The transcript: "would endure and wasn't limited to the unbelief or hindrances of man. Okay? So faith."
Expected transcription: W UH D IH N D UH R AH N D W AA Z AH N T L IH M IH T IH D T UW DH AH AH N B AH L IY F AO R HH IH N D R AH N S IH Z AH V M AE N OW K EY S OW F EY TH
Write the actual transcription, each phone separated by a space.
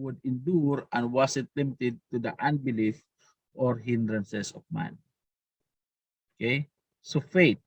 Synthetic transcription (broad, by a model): W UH D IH N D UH R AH N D W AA S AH T L IH M IH T IH D T UW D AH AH N B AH L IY F AO R HH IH N D R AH N S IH S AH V M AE N OW K EY S OW F EY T